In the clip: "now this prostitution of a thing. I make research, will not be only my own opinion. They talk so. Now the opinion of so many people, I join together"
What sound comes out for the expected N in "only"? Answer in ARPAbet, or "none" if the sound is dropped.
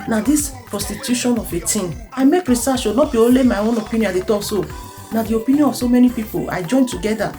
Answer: none